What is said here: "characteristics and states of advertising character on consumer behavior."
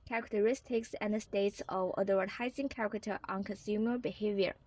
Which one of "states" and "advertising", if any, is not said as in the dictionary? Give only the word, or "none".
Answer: advertising